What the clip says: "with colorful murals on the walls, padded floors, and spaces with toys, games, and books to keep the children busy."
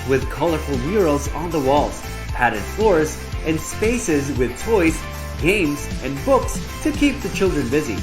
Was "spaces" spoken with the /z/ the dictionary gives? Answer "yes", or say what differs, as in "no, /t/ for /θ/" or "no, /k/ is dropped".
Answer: yes